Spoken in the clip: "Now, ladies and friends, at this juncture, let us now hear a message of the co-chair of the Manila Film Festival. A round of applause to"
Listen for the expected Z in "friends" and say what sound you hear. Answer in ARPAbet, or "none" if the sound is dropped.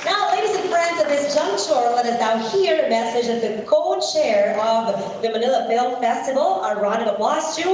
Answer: Z